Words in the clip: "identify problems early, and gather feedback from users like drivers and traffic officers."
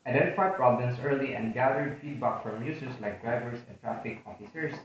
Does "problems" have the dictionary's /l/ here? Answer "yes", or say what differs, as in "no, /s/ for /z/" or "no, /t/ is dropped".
no, /l/ is dropped